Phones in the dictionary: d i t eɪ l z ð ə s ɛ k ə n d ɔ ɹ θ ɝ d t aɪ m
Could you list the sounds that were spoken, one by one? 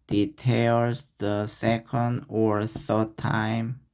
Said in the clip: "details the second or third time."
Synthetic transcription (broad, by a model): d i t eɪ l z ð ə s ɛ k ə n d ɔ ɹ θ ɝ d t aɪ m